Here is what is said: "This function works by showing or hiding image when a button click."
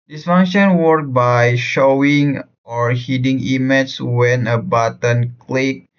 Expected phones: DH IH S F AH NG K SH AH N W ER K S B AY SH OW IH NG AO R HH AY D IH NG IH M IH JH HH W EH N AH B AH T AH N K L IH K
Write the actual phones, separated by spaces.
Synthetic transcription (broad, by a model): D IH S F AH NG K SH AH N W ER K B AY SH OW IH NG AO R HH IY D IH NG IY M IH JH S W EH N AH B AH T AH N K L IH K